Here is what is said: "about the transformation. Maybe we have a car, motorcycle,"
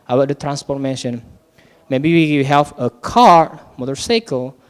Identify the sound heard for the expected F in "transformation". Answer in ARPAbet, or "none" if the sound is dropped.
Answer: P